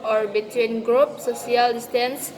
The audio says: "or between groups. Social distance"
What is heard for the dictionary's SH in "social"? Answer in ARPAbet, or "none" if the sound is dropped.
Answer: none